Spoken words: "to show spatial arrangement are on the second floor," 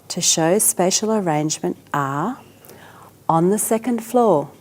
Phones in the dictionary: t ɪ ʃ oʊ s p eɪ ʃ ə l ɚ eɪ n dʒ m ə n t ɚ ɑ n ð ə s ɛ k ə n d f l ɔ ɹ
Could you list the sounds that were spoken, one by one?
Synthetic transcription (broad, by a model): t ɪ ʃ oʊ s p eɪ ʃ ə l ɚ eɪ n dʒ m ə n t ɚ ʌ n ð ə s ɛ k ə n d f l ɔ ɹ